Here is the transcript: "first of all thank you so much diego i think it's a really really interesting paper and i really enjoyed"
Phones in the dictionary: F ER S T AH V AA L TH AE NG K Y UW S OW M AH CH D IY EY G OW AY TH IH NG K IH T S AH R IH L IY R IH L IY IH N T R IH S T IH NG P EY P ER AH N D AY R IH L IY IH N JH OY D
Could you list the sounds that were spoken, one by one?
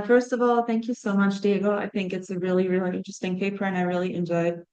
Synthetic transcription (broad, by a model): F ER S T AH V AA L TH AE NG K Y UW S OW M AH CH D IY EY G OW AY TH IH NG K IH T S AH R IH L IY R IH L IY IH N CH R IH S T IH NG P EY P ER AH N AY R IH L IY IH N JH OY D